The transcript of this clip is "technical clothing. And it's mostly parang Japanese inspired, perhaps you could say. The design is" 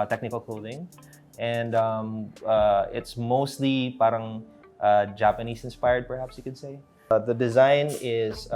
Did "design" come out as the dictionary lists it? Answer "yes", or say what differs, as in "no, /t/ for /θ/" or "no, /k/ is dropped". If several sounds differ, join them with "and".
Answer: yes